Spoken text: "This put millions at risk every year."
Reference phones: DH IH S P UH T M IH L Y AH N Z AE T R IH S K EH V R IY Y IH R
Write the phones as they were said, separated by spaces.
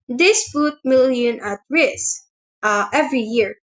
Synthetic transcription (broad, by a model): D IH S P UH T M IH L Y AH N AA T R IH S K EH V R IY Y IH R